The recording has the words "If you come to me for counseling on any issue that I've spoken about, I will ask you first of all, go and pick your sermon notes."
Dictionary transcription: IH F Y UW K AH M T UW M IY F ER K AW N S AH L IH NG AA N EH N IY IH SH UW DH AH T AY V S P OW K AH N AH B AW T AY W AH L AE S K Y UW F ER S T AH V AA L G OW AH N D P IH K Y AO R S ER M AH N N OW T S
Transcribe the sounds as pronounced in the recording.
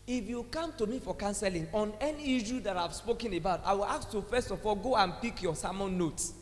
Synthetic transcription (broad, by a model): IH F Y UW K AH M T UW M IY F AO K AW N S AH L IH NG AA N EH N IY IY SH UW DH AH T AY V S P OW K AH N AH B AW T AY W AH L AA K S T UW F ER S T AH F AA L G OW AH N P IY K Y AO S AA M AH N N OW T S